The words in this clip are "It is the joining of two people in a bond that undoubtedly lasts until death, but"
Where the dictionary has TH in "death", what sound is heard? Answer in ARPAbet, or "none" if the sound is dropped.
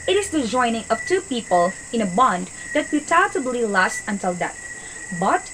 T